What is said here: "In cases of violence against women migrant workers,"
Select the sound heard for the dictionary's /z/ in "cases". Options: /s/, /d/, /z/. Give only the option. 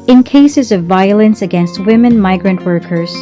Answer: /z/